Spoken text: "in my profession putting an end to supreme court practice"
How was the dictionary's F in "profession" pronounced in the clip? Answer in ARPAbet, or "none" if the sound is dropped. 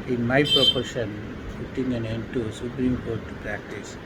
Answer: P